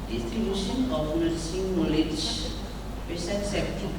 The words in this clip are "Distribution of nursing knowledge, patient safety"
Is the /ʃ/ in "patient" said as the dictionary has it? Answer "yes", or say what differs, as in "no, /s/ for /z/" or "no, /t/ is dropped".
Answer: no, /s/ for /ʃ/